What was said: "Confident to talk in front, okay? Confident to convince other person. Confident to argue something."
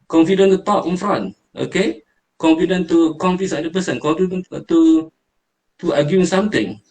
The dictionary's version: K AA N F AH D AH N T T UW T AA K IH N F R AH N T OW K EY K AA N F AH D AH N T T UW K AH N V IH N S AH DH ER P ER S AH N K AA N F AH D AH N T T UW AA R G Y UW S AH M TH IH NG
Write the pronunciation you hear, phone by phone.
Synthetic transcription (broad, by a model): K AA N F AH D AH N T T UW T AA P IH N F R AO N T OW K EY K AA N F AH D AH N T T UW K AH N F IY S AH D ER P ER S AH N K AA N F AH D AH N T T UW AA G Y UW S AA M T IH NG